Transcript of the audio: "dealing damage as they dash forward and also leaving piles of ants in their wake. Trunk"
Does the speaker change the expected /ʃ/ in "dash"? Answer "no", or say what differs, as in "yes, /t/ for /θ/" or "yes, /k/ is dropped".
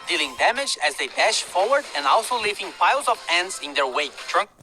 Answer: no